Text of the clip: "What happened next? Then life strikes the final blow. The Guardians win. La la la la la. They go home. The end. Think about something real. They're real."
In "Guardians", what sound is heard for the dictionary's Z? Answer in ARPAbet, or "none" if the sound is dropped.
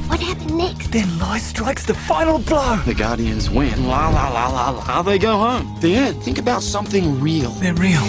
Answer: Z